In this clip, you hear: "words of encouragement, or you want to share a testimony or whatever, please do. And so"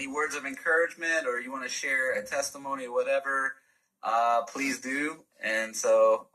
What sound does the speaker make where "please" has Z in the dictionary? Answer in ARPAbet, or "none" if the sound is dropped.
Z